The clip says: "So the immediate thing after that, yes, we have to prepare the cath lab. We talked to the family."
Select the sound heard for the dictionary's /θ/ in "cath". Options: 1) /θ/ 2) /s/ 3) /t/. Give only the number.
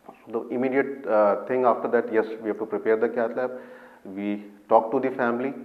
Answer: 3